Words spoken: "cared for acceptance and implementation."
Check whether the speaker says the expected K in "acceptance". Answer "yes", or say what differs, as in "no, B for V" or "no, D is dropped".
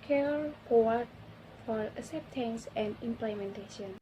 no, K is dropped